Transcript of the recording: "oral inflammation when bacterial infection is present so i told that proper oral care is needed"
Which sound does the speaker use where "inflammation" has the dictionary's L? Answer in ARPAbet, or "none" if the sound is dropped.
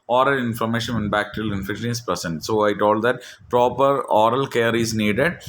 none